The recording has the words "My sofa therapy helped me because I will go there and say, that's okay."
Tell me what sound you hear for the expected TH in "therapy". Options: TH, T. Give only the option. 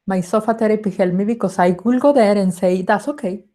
T